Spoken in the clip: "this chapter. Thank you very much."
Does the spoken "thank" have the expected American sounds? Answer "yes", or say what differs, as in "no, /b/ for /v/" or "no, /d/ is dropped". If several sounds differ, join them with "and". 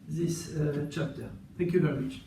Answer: yes